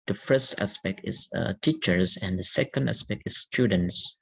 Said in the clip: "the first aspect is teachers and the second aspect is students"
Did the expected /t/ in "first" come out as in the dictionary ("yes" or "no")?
yes